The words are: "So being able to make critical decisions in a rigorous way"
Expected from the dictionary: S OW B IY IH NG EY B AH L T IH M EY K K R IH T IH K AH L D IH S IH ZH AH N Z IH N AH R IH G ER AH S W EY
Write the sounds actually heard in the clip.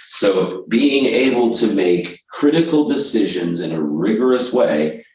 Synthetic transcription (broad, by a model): S OW B IY IH NG EY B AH L T IH M EY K K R IH T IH K L D IH S IH ZH AH N Z IH N AH R IH G ER AH S W EY